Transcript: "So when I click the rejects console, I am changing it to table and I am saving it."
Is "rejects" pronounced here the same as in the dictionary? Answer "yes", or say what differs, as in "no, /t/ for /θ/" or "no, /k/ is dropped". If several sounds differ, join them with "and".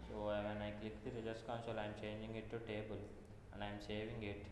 no, /k/ is dropped